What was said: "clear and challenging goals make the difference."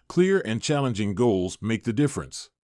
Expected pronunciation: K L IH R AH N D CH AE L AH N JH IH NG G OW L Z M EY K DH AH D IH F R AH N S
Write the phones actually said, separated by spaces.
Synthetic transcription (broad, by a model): K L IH R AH N CH AE L AH N JH IH NG G OW L Z M EY K DH AH D IH F R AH N S